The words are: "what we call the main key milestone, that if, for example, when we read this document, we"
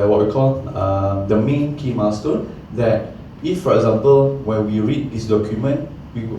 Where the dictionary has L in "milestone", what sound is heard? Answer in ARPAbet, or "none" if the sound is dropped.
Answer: none